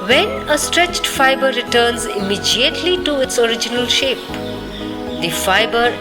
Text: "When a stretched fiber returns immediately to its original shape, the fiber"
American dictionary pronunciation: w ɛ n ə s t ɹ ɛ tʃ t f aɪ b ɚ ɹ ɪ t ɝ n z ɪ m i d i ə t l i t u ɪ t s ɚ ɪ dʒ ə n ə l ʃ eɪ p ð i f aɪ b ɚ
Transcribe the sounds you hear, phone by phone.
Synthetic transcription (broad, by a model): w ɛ n ə s t ɹ ɛ tʃ t f aɪ b ɚ ɹ ɪ t ɝ n z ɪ m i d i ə t l i t u ɪ t s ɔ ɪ dʒ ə n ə l ʃ eɪ p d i f aɪ b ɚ